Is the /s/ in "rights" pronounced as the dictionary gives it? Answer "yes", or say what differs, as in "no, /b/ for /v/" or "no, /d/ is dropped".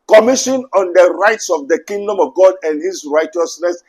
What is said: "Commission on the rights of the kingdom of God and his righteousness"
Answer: yes